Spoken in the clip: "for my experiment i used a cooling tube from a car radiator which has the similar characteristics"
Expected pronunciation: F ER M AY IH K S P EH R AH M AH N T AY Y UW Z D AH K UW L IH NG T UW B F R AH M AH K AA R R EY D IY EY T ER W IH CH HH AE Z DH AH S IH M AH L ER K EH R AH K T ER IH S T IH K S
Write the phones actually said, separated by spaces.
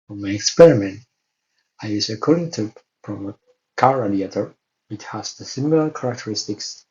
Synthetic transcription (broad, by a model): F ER M AY IH K S P EH R AH M AH N T AY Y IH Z AH K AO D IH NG T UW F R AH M AH K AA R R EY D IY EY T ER W IH CH HH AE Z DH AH S IH M AH L ER K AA R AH K T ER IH S T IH K S